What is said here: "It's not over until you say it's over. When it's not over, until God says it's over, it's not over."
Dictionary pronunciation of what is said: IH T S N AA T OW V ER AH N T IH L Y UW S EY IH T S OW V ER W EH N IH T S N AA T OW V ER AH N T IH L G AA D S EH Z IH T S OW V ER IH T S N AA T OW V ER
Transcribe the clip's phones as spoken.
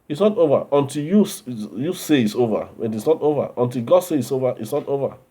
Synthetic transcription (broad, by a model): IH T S N AA T OW V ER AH N T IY L Y UW S EY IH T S OW V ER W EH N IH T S N AA T OW V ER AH N T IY L G AA D S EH IH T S OW V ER IH T S N AA T OW V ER